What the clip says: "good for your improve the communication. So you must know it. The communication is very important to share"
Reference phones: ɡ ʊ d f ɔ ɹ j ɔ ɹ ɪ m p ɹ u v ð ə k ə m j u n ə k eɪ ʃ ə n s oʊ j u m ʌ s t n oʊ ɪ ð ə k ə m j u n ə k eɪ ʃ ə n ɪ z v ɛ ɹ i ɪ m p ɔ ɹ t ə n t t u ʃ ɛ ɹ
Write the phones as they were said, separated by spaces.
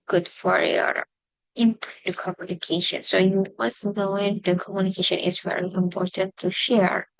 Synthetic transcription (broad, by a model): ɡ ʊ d f ɔ ɹ j ɔ ɹ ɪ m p u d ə k ə m j u n ə k eɪ ʃ ə n s oʊ j u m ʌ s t n oʊ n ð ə k ə m j u n ə k eɪ ʃ ə n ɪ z v ɛ ɹ i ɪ m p ɔ ɹ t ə n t t u ʃ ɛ ɹ